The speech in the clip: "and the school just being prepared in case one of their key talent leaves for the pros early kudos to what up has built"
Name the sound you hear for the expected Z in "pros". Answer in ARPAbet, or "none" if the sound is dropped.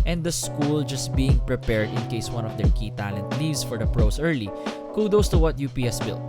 S